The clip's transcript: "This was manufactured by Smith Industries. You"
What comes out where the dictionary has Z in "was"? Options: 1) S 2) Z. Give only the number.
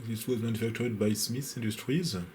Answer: 2